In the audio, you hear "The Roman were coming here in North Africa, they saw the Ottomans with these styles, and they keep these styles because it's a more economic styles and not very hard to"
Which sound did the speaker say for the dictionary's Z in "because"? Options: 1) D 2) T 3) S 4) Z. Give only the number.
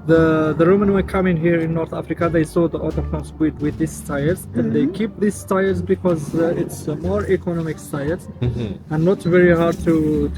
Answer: 4